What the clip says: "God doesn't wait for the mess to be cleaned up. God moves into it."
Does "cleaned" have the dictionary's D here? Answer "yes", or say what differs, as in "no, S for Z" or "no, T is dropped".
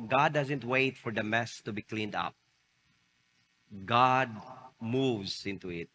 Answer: yes